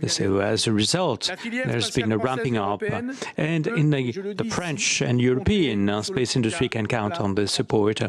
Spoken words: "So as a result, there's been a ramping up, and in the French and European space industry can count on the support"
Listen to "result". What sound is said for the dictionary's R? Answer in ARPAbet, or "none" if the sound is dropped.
R